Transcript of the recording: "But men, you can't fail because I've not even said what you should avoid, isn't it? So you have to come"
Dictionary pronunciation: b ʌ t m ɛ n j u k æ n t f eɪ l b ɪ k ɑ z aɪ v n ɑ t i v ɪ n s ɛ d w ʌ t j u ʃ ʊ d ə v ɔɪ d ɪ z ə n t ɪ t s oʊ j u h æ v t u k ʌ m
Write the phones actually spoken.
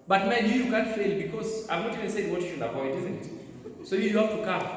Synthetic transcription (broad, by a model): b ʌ t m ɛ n j u k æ n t f eɪ l b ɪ k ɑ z aɪ v n ɑ t i v ɪ n s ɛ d w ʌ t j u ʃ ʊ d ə p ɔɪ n ɪ z ə n t ɪ t s oʊ j u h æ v t u k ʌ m